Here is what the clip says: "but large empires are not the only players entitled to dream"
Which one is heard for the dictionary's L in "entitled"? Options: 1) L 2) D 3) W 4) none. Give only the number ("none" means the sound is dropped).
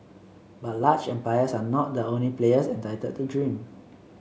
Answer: 4